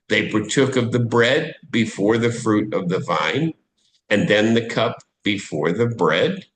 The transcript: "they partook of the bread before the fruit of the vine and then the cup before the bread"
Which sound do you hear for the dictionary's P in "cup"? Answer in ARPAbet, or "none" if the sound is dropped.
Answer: P